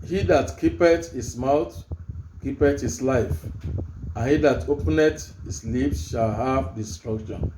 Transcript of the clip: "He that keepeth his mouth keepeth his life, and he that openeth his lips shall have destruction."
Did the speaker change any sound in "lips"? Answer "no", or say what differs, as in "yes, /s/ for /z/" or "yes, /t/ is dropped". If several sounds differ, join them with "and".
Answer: yes, /f/ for /p/